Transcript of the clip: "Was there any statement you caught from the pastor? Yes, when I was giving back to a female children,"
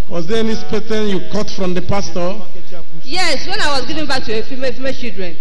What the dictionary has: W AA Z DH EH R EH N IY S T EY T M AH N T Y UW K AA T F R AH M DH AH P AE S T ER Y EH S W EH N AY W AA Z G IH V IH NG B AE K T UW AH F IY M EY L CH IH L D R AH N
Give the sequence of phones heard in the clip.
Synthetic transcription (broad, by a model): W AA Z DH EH EH N IY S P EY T AH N Y UW K AA T F R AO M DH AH P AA S T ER Y EH S W EH N AY W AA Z G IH V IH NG B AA K T UW AH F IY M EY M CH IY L D R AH N